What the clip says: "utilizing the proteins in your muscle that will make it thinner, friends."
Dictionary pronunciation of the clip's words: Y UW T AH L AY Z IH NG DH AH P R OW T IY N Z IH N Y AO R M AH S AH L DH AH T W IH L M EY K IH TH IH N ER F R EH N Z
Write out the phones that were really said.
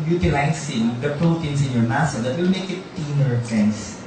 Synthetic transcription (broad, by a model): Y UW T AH L AY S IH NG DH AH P R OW T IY N S IH N Y AO R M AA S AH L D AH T W IH L M EY K IH T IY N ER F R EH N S